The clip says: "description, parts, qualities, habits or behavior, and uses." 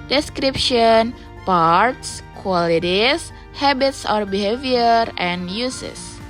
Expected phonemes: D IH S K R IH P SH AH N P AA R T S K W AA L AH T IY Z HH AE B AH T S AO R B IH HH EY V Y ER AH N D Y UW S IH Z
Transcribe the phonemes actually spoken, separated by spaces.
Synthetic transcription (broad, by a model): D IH S K R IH P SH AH N P AA R T S K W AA L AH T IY S HH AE B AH T S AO R B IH HH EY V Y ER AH N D Y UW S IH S